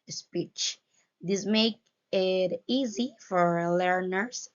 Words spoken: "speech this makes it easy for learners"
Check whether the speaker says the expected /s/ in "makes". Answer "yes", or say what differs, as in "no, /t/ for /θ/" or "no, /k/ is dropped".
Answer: no, /s/ is dropped